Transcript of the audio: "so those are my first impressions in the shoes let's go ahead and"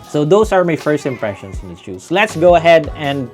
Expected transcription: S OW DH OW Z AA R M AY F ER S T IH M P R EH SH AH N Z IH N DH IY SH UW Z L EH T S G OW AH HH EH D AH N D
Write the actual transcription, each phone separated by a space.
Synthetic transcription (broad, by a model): S OW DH OW S AA R M AY F ER S T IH M P R EH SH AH N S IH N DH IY S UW S L EH T S G OW AH HH EH D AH N D